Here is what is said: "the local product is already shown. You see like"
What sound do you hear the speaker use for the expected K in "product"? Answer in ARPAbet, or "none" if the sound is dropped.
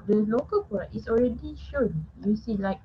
none